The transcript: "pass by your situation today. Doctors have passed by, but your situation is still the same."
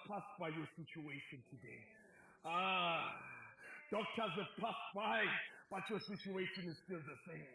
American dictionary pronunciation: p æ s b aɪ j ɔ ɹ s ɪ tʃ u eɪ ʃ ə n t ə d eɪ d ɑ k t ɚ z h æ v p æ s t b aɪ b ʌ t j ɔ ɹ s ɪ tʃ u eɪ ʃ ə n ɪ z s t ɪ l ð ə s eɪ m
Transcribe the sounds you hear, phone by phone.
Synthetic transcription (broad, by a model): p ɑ s b aɪ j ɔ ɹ s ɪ tʃ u eɪ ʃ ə n t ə d eɪ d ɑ k t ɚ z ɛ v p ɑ s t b aɪ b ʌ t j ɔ s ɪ tʃ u eɪ ʃ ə n ɪ z s t ɪ l ð ə s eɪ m